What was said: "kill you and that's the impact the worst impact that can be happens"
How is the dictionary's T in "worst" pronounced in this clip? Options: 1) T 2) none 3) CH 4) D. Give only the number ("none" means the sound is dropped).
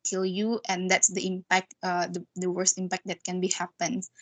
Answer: 1